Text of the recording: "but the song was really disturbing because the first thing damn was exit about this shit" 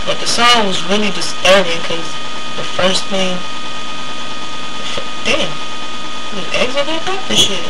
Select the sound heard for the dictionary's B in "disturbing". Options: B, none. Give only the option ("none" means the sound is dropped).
none